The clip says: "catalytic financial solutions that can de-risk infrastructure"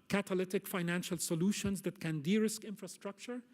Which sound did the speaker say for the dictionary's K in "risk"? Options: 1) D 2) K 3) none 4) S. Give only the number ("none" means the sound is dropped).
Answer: 2